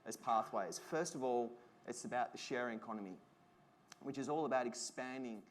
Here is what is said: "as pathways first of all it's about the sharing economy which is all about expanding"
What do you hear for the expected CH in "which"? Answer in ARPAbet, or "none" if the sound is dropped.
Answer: CH